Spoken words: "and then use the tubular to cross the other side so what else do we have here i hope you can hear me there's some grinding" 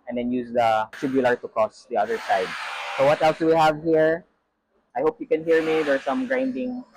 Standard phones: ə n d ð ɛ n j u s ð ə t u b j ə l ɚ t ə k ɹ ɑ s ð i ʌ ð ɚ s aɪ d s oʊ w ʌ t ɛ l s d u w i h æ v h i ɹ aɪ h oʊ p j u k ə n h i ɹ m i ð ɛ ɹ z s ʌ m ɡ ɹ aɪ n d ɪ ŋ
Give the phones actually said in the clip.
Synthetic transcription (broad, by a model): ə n d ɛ n j u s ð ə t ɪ b j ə l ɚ t ə k ɑ s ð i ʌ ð ɚ s aɪ d s oʊ w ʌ t ɛ l s d u w i h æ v h i ɹ aɪ h oʊ p j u k ə n h i ɹ m i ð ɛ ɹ s ʌ m ɡ ɹ aɪ n d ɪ ŋ